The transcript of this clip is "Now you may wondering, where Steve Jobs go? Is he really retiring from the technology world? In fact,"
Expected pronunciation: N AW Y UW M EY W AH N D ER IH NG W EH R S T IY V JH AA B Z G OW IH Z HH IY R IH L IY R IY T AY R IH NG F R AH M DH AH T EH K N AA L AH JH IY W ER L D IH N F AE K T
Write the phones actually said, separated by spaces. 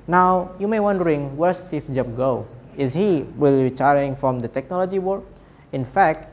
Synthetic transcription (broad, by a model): N AW Y UW M EY W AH N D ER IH NG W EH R S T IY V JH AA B G OW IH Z HH IY W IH L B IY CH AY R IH NG F R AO M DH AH T EH K N AA L AH JH IY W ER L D IH N F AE K T